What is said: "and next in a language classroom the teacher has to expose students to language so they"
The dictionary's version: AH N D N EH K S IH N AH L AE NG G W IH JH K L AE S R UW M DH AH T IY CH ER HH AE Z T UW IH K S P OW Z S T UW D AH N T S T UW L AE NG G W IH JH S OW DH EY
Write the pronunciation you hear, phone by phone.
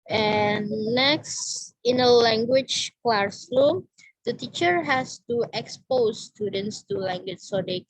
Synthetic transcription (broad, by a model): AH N N EH K S IH N AH L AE NG G W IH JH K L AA S L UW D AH T IY CH ER HH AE S T UW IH K S P OW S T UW D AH N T S T UW L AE NG G W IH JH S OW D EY